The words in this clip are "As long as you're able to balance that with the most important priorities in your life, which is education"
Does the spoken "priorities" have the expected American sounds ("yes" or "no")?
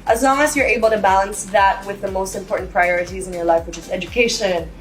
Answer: yes